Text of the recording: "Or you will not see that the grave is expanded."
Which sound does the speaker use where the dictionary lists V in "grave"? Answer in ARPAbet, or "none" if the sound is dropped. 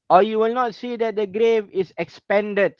V